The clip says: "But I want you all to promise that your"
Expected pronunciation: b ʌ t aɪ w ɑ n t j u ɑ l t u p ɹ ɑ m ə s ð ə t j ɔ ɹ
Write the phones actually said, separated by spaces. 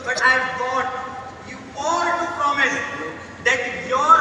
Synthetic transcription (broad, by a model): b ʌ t aɪ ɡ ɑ t j u ɑ l t u p ɹ ɑ m ə s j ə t j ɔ ɹ